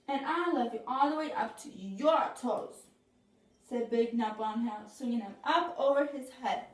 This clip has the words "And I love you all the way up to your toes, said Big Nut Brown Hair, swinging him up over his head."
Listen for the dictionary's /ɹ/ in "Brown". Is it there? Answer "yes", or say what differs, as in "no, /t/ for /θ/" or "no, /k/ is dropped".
no, /ɹ/ is dropped